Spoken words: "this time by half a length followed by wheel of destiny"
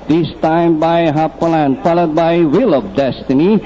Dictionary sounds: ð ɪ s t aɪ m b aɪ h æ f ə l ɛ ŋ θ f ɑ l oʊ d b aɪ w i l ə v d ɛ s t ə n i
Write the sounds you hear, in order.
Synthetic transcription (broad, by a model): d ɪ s t aɪ m b aɪ h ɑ p ə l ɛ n f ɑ l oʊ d b aɪ w i l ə p d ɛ s t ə n i